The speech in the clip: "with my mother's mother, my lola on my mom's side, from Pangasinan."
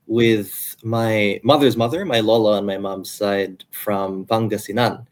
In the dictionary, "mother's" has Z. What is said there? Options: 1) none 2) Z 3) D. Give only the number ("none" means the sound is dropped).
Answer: 2